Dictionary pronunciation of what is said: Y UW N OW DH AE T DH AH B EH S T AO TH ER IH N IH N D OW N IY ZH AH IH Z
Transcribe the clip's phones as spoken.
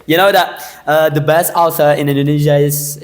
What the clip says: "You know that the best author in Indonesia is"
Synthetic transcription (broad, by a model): Y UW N OW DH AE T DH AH B EH S T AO S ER IH N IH N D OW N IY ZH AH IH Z